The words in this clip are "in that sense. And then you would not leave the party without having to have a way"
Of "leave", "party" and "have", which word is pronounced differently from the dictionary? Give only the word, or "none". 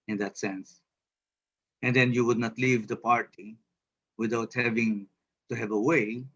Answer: none